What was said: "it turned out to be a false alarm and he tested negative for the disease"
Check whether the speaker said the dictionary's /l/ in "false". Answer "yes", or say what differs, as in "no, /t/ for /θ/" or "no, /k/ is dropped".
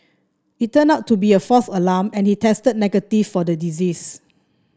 no, /l/ is dropped